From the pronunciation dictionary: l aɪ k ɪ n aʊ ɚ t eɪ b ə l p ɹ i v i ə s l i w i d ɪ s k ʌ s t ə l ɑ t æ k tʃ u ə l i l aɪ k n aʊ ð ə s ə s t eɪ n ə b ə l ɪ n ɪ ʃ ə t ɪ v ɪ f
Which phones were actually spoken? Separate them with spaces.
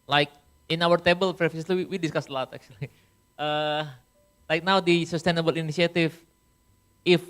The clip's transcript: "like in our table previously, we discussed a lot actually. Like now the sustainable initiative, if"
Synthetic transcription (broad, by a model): l aɪ k ɪ n aʊ ɚ t eɪ b ə l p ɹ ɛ f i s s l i w i d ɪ s k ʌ s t ə l ɑ t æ k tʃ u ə l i l aɪ k n aʊ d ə s ə s t eɪ n ə b ə l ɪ n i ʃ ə t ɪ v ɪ f